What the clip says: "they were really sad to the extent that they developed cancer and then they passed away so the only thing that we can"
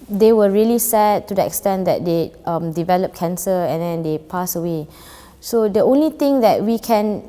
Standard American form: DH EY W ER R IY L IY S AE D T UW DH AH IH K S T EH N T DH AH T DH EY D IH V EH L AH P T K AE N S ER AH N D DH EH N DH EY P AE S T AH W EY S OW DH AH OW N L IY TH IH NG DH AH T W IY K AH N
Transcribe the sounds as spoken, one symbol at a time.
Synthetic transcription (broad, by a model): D EY W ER R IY L IY S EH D T UW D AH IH K S T EH N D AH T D EY D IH V EH L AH P K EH N S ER AH N D EH N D EY P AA S AH W EY S OW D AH OW N L IY T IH NG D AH T W IY K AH N